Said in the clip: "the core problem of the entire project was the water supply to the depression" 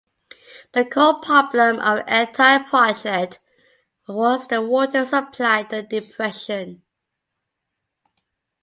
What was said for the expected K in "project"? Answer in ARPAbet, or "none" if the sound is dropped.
none